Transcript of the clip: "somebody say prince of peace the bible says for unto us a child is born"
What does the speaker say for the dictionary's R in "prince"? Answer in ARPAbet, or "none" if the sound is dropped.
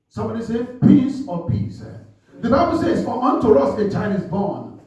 none